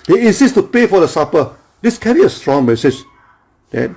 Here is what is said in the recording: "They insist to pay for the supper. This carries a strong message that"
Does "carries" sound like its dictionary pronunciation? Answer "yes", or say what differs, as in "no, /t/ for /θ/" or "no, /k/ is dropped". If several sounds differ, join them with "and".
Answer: no, /z/ is dropped